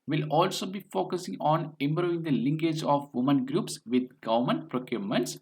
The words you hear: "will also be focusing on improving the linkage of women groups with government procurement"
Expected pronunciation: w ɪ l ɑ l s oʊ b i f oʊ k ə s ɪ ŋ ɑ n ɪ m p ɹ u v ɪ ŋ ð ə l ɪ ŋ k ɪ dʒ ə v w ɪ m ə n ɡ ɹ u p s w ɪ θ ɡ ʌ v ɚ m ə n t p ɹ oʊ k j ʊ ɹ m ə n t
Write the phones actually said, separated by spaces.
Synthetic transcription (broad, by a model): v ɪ l ɑ l s oʊ b i f oʊ k ə s ɪ ŋ ɑ n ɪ m b ɹ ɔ ɪ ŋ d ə l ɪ ŋ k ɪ dʒ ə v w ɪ m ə n ɡ ɹ u p s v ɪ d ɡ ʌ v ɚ m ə n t p ɹ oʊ k j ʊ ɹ m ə n t